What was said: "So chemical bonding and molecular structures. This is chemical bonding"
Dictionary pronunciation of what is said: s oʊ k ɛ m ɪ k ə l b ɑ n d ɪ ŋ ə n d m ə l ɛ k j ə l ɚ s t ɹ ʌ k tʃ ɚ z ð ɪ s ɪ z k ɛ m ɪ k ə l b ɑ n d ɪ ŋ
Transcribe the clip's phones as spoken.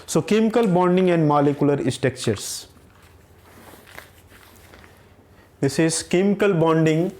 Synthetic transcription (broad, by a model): s oʊ k ɛ m ɪ k ə l b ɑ n d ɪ ŋ ə n d m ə l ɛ k j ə l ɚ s t ɛ k tʃ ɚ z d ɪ s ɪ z k ɛ m ɪ k ə l b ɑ n d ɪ ŋ